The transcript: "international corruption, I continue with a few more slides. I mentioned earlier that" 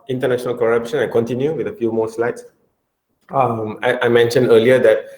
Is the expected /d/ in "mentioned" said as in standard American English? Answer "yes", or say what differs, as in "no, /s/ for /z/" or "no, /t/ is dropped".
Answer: yes